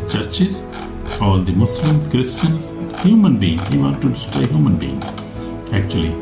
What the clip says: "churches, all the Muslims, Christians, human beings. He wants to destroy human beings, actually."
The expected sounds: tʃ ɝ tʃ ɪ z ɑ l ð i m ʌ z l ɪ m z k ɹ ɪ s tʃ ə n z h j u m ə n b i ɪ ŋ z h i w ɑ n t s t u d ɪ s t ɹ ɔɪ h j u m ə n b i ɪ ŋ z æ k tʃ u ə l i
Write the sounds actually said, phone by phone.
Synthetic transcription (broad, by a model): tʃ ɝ tʃ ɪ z ɑ l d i m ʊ s l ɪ m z k ɹ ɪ s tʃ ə n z h j u m ə n b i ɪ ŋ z h i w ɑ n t t u d ɪ s t ɹ ɔɪ h j u m ə n b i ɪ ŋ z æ k tʃ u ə l i